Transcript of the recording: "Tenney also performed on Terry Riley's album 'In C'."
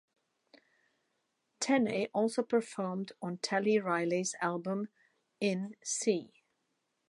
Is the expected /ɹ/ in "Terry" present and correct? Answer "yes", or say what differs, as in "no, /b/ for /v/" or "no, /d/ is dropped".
no, /l/ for /ɹ/